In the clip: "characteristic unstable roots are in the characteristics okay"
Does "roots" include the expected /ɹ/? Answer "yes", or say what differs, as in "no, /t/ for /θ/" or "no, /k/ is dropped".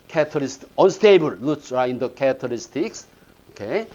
no, /l/ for /ɹ/